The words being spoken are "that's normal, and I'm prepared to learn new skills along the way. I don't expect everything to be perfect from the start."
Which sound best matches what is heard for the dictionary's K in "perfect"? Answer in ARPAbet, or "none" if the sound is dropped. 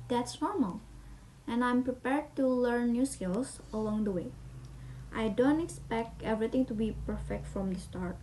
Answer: K